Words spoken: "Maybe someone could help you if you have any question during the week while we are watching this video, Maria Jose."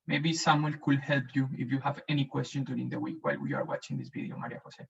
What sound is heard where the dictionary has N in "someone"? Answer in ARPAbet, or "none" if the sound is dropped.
L